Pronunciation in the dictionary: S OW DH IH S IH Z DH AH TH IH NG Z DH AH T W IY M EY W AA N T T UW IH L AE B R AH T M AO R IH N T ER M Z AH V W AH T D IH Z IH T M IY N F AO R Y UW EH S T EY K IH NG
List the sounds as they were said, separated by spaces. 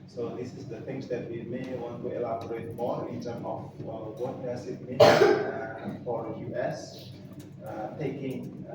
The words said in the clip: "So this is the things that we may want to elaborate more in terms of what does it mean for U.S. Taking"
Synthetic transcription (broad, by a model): S OW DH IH S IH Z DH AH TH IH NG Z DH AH T W IY M EY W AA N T T UW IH L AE B R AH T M AO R IH N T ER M AH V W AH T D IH S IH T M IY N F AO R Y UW EH S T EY K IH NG